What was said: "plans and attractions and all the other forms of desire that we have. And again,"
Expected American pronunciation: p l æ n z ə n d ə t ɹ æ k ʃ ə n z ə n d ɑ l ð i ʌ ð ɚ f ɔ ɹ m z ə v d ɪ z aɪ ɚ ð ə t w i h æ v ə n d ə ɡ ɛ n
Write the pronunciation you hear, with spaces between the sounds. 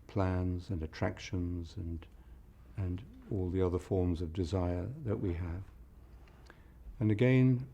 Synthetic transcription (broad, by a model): p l æ n z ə n ə t ɹ æ k ʃ ə n z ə n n ɑ l ð i ʌ ð ɚ f ɔ ɹ m z ə v d ɪ z aɪ ɚ ð ə t w i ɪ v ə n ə ɡ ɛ n